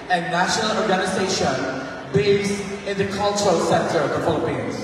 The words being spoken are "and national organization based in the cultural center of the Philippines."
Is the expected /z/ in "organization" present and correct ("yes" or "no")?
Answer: yes